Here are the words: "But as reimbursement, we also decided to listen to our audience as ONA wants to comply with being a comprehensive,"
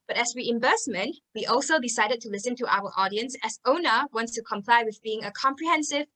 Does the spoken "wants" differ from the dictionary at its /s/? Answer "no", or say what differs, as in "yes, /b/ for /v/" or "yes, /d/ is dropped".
no